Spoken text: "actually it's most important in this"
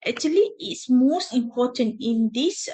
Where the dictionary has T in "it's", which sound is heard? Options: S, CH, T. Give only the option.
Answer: T